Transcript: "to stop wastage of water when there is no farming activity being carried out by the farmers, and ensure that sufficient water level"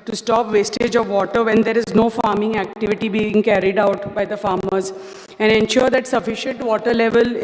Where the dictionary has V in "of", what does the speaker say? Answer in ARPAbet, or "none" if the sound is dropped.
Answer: V